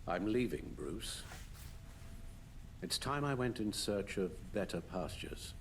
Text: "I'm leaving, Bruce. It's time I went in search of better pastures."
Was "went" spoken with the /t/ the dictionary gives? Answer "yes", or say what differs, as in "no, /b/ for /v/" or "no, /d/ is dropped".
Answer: yes